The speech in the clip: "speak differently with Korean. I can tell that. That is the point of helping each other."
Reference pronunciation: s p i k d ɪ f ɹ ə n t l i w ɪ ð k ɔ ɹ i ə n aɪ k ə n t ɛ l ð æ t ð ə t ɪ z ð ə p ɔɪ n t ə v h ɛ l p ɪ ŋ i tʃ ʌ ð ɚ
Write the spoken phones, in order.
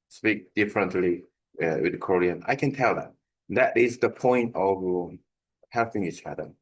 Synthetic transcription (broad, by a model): s p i k d ɪ f ɹ ə n t l i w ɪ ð k ɔ ɹ i ə n aɪ k ə n t ɛ l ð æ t ð ə t ɪ z ð ə p ɔɪ n t ə v h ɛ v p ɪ ŋ i tʃ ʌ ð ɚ